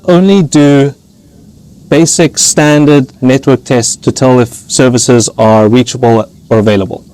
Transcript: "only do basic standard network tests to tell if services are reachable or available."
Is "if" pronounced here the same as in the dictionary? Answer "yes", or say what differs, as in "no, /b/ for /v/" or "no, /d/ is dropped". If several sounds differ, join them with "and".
yes